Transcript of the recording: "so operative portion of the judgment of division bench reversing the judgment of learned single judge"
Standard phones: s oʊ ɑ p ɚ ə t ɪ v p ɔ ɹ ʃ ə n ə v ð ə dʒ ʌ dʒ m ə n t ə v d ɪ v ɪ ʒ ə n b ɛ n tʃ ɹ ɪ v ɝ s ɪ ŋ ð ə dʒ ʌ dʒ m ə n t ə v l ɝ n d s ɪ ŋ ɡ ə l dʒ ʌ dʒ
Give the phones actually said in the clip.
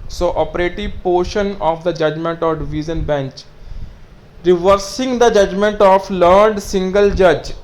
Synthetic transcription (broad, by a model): s oʊ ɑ p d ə t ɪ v p ɔ ɹ ʃ ə n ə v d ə dʒ ʌ dʒ m ə n t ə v d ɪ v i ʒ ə n b ɛ n tʃ ɹ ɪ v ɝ s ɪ ŋ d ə dʒ ʌ dʒ m ə n t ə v l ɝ d s ɪ ŋ ɡ ə l dʒ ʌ dʒ